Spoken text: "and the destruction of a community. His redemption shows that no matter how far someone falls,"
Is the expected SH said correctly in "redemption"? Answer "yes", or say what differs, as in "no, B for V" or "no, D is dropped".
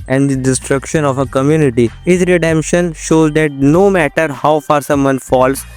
yes